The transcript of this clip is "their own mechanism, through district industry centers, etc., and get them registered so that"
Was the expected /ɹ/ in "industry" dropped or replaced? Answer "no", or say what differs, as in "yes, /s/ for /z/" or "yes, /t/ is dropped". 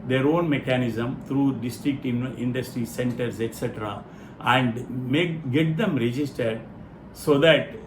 no